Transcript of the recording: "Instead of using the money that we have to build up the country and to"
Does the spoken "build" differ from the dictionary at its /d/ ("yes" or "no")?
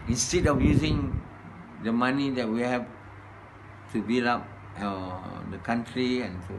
yes